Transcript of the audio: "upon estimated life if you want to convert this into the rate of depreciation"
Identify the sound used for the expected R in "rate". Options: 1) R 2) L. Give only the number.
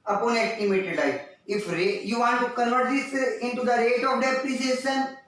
1